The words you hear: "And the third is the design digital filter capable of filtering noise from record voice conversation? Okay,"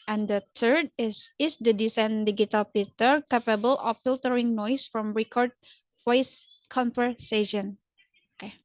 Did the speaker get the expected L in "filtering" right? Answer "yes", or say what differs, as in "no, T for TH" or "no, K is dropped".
yes